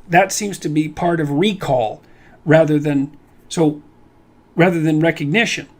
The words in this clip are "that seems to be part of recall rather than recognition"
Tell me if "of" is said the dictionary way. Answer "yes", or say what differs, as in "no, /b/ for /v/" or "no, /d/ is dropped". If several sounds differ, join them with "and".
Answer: yes